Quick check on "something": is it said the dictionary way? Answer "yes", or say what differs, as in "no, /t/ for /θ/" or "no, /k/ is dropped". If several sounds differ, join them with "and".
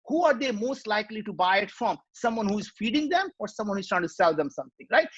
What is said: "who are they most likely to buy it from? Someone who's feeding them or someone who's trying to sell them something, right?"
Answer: no, /t/ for /θ/